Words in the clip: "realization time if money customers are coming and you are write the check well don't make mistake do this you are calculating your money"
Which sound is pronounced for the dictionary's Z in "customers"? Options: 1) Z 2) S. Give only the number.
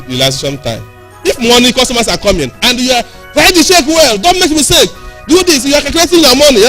2